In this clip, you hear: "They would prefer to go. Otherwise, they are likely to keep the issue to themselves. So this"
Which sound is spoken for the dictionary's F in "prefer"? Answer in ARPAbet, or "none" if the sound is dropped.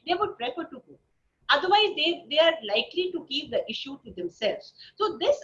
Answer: P